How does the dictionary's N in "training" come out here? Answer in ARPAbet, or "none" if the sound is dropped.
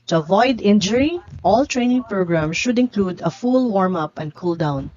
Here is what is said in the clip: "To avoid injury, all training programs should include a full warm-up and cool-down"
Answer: N